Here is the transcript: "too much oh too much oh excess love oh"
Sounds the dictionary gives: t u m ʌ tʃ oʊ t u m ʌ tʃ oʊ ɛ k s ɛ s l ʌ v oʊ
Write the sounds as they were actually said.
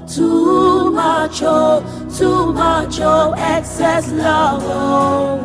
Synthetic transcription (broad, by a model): t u m ʌ tʃ oʊ t u m ʌ tʃ oʊ ɛ k s ɛ s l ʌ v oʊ